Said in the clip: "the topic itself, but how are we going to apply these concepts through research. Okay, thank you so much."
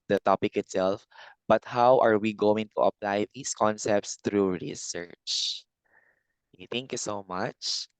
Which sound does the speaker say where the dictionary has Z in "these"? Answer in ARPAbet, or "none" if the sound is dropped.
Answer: S